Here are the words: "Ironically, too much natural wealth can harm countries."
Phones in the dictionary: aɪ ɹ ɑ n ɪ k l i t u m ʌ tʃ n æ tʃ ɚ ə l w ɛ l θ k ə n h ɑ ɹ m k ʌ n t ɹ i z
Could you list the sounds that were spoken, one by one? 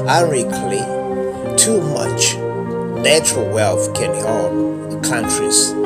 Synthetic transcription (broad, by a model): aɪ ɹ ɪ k l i t u m ʌ tʃ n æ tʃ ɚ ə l w ɛ l θ k ə n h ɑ l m k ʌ n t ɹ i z